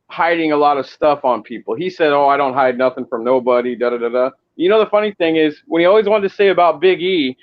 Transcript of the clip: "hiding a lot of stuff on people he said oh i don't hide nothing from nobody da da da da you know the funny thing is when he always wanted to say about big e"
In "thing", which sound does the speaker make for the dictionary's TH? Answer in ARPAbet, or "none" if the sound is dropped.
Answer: TH